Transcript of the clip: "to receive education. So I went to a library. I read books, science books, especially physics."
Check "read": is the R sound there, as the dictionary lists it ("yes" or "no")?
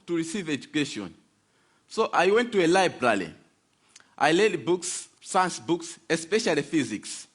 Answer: no